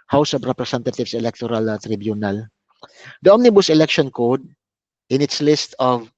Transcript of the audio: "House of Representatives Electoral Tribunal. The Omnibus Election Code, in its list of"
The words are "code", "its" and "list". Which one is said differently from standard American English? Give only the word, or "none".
none